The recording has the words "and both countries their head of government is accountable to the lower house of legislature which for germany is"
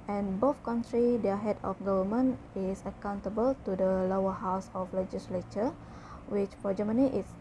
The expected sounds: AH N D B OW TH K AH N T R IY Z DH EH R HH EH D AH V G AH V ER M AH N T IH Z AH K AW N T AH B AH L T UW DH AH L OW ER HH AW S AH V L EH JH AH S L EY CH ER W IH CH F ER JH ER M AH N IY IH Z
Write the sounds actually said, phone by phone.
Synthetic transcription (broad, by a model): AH N B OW F K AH N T R IY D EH HH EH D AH F G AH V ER M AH N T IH S AH K AW N T AH B AH L T UW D AH L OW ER HH AW S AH F L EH JH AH S L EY CH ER W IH CH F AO JH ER M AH N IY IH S